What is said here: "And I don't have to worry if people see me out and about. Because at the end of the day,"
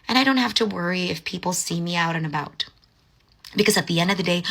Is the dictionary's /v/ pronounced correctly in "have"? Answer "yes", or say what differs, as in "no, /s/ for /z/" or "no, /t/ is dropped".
no, /f/ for /v/